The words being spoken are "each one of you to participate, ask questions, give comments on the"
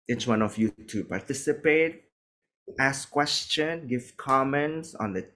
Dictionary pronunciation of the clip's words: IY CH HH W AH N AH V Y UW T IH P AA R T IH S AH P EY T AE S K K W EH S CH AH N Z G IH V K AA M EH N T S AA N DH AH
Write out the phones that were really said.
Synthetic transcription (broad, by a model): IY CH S W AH N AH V Y UW T IH P AA R T IH S AH P EY T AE S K K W EH S CH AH N G IH V K AA M EH N T S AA N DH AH